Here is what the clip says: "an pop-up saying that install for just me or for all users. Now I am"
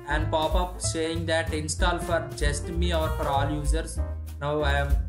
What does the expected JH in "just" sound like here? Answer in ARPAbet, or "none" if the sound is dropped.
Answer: JH